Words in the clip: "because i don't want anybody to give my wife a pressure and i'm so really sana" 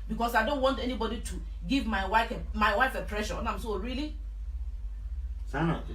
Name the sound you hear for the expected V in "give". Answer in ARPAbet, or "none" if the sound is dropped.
F